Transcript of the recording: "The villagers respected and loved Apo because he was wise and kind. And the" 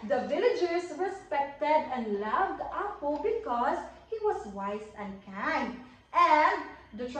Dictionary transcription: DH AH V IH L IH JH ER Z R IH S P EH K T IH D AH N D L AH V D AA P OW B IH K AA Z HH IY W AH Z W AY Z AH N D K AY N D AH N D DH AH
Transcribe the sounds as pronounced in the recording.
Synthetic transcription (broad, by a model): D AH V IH L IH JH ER S R IH S P EH K T IH D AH N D L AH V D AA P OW B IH K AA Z HH IY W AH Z W AY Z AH N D K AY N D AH N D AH